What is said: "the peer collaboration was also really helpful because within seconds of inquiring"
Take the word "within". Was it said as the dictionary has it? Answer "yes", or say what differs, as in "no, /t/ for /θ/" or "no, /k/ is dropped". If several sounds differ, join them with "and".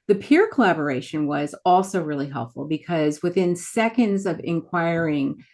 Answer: yes